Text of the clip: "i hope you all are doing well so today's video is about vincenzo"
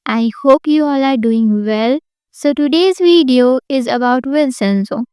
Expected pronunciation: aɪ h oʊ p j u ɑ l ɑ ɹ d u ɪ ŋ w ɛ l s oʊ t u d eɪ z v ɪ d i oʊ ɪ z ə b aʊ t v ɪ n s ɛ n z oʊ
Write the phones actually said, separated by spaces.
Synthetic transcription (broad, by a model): aɪ h oʊ p j u ɑ l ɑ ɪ d u ɪ ŋ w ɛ l s oʊ t u d eɪ z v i d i oʊ ɪ z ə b aʊ t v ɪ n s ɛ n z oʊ